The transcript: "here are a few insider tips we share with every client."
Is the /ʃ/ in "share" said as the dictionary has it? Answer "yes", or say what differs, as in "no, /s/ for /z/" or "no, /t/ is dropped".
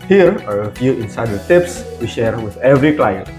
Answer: yes